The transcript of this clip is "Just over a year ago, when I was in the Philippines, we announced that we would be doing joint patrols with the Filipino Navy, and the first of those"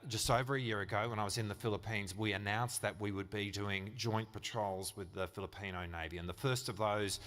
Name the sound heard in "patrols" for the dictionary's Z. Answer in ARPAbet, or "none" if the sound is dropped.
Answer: Z